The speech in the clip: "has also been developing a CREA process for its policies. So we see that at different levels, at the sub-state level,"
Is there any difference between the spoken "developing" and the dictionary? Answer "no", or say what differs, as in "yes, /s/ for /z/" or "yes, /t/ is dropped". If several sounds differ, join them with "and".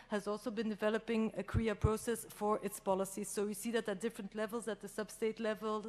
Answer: no